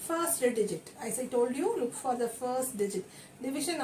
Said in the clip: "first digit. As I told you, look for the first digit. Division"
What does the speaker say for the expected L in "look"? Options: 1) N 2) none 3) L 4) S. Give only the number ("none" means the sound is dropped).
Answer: 3